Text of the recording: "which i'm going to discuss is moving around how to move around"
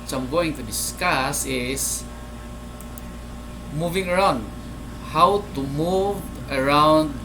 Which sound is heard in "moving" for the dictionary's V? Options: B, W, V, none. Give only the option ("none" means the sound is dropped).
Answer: V